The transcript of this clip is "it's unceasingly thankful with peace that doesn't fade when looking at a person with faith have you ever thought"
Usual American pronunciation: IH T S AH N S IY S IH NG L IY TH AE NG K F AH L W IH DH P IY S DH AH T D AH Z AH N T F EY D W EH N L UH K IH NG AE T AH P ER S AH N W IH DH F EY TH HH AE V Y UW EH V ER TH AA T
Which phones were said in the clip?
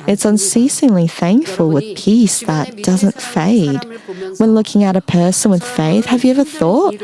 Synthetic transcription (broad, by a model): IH T S AH N S IY S IH NG L IY TH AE NG K F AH L W IH DH P IY S DH AH T D AH Z AH N T F EY D W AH N L UH K IH NG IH T AH P ER S AH N W IH DH F EY TH HH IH V Y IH EH V ER TH AA T